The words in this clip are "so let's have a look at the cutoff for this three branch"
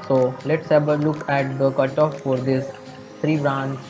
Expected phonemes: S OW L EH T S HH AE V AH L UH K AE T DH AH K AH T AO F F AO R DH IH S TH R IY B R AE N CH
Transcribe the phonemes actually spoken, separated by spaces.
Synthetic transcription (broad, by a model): S OW L EH T S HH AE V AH L UH K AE T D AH K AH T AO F F AO R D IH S T R IY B R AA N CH